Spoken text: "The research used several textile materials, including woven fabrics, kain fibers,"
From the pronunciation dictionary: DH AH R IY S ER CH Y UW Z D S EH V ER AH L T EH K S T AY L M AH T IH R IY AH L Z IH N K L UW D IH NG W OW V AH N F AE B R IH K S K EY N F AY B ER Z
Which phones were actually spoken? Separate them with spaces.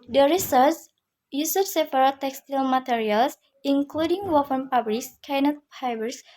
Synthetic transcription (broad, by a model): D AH R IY S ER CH Y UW S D S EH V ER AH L T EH K S T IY L M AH T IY R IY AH L S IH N K L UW D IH NG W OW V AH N P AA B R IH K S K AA N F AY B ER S